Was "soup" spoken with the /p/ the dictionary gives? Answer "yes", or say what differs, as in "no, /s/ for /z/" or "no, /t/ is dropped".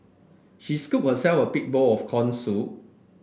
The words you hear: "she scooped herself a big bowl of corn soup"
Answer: no, /p/ is dropped